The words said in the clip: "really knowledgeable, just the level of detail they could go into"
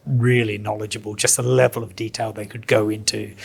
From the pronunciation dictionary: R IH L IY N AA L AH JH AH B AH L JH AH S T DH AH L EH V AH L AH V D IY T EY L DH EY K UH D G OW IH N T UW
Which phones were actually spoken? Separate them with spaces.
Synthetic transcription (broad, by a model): R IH L IY N AA L AH JH AH B AH L JH AH S T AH L EH V AH L AH V D IY T EY L DH EY K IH D G OW IH N T UW